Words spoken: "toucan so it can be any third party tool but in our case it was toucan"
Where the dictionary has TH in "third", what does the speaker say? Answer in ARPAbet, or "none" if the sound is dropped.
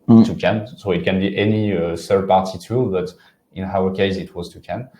S